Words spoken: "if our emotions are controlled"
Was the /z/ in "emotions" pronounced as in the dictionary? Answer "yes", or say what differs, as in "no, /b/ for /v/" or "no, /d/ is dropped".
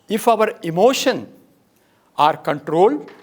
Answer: no, /z/ is dropped